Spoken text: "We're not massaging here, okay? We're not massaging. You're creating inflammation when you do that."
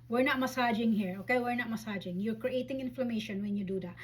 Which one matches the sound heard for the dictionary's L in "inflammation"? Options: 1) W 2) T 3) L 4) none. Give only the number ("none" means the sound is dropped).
3